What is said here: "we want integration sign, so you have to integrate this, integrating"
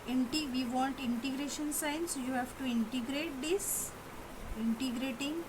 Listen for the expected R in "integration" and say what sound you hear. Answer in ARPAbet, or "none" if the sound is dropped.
R